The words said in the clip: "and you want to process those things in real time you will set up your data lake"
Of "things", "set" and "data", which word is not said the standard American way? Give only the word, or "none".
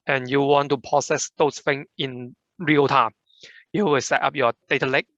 things